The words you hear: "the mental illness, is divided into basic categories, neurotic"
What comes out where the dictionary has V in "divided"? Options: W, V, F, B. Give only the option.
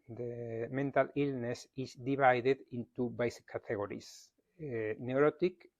B